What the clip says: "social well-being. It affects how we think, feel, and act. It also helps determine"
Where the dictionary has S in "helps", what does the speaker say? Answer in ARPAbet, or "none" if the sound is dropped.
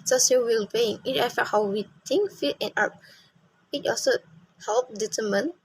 none